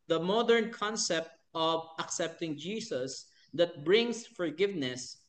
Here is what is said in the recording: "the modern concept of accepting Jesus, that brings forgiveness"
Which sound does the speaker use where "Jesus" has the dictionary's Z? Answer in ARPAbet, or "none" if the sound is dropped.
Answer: S